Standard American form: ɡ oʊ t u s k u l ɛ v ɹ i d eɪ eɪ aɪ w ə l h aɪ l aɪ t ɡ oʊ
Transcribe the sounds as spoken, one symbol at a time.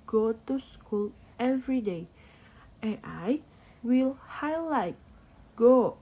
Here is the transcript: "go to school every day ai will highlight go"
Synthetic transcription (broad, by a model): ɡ oʊ t u s k u l ɛ v ɹ i d eɪ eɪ aɪ w ə l h aɪ l aɪ t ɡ oʊ